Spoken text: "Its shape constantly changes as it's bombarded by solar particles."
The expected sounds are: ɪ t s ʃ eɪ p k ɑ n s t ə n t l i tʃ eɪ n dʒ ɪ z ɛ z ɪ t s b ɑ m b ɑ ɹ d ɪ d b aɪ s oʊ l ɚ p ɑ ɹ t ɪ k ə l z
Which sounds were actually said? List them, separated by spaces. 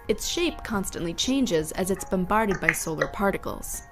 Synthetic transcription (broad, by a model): ɪ t s ʃ eɪ p k ɑ n s t ə n t l i tʃ eɪ n dʒ ɪ z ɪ z ɪ t s b ɑ m b ɑ ɹ d ɪ d b aɪ s oʊ l ɚ p ɑ ɹ t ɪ k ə l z